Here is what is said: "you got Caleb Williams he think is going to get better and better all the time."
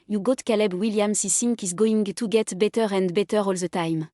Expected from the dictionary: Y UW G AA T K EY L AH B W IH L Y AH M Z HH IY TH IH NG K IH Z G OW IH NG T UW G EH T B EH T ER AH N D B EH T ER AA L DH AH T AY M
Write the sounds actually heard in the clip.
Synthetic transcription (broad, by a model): Y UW G AA T K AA L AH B W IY L Y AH M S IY S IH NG K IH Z G OW IH NG T UW G EH T B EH T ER AH N D B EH T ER AA L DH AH T AY M